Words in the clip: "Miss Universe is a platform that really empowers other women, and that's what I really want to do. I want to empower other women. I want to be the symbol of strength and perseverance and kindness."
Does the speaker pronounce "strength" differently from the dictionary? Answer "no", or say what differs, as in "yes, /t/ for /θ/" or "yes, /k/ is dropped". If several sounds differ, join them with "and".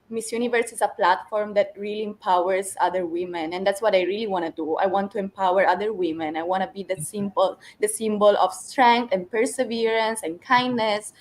yes, /t/ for /θ/